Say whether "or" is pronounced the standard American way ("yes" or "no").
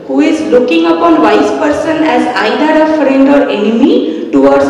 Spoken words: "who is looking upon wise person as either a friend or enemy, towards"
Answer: yes